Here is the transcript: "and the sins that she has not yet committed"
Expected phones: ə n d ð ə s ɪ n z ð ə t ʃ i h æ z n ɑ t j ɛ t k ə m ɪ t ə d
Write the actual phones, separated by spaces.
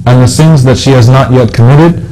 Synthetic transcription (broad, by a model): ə n ð ə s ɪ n z ð ə t ʃ i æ z n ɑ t j ɛ t k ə m ɪ t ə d